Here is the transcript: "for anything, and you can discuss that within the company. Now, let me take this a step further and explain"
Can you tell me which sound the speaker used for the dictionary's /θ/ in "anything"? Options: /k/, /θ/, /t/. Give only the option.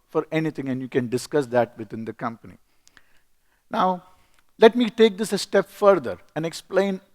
/t/